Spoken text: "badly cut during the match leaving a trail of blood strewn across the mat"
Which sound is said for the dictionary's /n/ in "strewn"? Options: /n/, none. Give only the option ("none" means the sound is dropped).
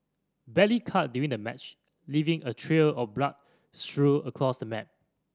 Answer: none